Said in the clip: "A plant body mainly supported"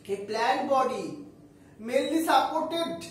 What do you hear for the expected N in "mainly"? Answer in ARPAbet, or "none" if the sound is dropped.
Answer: none